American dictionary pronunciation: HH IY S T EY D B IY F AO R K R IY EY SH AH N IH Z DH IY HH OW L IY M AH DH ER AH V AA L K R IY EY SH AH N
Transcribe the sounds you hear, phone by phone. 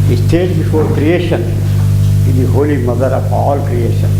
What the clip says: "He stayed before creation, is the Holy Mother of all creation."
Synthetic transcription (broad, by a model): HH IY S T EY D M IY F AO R K R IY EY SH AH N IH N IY HH OW L IY M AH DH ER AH P AA L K R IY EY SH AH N